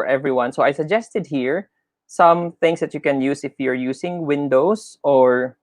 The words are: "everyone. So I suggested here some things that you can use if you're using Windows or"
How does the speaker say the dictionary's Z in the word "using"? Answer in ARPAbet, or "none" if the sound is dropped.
S